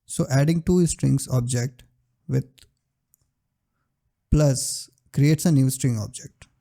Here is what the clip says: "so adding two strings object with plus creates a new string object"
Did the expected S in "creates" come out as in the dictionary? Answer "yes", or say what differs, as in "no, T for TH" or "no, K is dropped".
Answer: yes